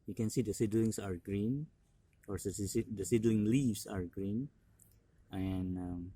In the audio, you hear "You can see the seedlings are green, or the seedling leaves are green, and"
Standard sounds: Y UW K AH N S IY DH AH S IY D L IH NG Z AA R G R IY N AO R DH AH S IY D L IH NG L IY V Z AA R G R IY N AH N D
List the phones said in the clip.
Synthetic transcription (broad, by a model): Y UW K AH N S IY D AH S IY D L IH NG S AA R G R IY N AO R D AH S IY D L IH NG L IY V S AA R G R IY N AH N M